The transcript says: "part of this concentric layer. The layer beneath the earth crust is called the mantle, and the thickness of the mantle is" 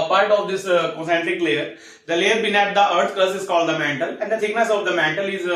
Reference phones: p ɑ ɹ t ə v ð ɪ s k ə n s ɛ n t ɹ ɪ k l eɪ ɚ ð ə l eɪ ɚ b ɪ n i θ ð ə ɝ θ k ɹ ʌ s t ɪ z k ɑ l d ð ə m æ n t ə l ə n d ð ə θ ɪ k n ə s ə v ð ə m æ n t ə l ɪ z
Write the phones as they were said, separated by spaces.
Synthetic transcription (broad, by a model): p ɑ ɹ t ə v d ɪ s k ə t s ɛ n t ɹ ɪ k l eɪ ɚ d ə l eɪ ɚ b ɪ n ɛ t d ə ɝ t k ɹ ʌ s ɪ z k ɑ l d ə m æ n t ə l ə n d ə t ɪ k n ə s ə v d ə m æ n t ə l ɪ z